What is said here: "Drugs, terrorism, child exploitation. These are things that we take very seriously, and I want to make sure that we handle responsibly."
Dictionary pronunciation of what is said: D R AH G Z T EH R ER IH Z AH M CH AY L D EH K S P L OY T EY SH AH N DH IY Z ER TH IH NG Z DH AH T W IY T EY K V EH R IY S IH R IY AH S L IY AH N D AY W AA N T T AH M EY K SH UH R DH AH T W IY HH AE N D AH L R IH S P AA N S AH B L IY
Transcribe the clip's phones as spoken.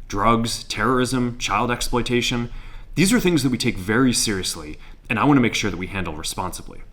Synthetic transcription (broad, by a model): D R AH G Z T EH R ER IH Z AH M CH AY L D EH K S P L OY T EY SH AH N DH IY Z ER TH IH NG Z DH AH T W IY T EY K V EH R IY S IH R IY AH S L IY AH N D AY W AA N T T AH M EY K SH UH R DH AH T W IY HH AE N D L R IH S P AA N S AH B L IY